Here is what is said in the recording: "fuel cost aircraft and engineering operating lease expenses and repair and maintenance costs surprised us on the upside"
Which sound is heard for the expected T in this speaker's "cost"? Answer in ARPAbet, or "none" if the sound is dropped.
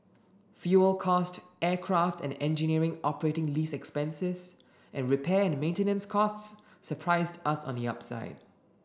T